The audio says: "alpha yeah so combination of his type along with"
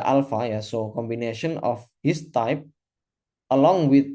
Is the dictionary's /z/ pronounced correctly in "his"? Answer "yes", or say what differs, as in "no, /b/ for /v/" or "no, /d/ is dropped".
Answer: no, /s/ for /z/